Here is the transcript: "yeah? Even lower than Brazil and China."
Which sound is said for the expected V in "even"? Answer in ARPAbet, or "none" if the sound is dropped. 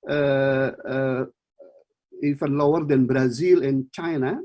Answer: F